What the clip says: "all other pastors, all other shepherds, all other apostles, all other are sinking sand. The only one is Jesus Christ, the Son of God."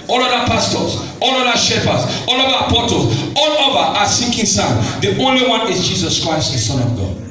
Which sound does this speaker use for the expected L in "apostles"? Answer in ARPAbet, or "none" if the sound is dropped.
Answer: none